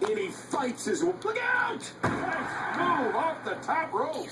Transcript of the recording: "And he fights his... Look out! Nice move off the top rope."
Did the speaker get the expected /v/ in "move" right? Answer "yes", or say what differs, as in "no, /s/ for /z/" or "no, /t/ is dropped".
no, /v/ is dropped